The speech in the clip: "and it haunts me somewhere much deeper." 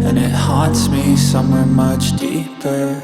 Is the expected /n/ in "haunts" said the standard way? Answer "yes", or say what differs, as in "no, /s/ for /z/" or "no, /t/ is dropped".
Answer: no, /n/ is dropped